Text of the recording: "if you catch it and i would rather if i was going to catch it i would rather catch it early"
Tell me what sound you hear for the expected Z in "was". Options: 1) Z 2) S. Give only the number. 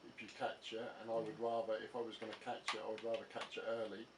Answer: 1